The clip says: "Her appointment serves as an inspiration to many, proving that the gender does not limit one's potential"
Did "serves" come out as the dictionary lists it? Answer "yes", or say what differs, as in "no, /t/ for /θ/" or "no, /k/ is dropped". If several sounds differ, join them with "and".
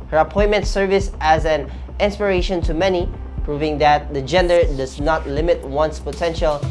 no, /s/ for /z/